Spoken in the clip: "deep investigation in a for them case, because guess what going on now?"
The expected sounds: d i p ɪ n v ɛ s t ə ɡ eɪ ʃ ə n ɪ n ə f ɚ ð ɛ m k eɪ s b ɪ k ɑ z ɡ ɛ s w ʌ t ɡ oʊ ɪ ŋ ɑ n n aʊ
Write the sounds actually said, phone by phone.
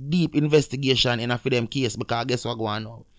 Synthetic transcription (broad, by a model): d i p ɪ n v ɛ s t ə ɡ eɪ ʃ ə n ɪ n ə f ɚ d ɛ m k eɪ s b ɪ k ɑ ɡ ɛ s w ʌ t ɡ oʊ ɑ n n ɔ